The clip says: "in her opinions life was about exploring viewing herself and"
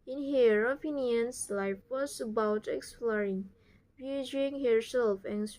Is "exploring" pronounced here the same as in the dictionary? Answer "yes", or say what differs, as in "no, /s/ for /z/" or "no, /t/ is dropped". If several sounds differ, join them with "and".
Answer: yes